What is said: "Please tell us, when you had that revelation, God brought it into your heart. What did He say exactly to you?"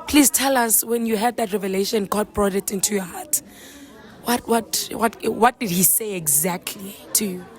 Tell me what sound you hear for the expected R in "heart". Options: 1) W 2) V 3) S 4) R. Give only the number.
1